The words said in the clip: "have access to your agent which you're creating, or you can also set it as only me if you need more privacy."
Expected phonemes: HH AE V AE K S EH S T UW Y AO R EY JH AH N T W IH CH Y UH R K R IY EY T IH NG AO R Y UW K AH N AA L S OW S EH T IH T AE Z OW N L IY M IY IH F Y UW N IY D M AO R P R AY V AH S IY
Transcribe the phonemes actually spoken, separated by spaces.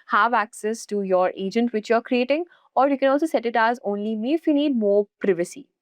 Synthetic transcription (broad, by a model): HH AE V AE K S EH S T UW Y AO R EY JH AH N T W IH CH Y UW R K R IY EY T IH NG AO R Y UW K AH N AA L S OW S EH T IH T AE Z OW N L IY M IY IH F Y UW N IY D M AO R P R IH V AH S IY